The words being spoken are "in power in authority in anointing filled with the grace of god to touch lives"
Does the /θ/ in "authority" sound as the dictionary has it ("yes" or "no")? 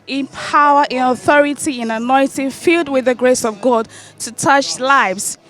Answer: yes